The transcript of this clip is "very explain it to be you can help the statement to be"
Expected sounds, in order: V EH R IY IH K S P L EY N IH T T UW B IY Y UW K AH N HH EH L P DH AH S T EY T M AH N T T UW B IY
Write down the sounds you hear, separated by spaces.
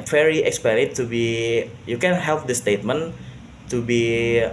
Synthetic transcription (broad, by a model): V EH R IY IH K S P EY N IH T T UW B IY Y UW K AH N HH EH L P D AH S T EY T M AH N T T UW B IY